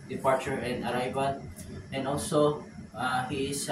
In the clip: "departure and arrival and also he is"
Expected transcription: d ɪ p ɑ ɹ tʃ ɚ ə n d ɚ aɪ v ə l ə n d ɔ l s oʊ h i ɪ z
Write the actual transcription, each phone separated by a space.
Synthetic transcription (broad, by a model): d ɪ p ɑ ɹ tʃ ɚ ə n d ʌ aɪ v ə n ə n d ɔ l s oʊ h i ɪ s